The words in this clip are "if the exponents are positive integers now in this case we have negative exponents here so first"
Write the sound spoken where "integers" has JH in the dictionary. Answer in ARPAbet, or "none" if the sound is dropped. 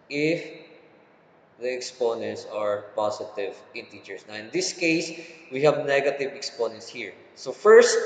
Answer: CH